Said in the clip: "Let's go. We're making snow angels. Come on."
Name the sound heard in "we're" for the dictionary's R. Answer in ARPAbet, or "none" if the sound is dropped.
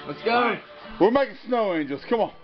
L